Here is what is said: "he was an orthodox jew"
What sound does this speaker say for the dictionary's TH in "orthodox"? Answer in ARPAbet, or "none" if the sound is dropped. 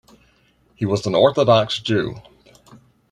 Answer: TH